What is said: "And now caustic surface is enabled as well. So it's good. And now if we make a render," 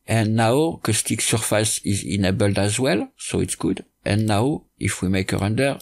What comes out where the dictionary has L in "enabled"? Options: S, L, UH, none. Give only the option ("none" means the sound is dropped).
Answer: L